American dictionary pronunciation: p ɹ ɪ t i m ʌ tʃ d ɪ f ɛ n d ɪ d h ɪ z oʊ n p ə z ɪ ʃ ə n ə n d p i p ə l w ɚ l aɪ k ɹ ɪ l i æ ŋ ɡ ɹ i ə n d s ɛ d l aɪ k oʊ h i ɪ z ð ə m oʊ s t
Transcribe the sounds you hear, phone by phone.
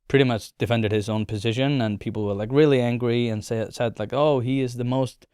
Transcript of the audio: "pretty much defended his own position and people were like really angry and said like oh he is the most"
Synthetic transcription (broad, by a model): p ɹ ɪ t i m ʌ tʃ d ɪ f ɛ n d ɪ d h ɪ z oʊ n p ə z ɪ ʃ ə n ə n p i p l w ɚ l aɪ k ɹ ɪ l i æ ŋ ɡ ɹ i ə n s s ɛ d l aɪ k oʊ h i ɪ z ð ə m oʊ s t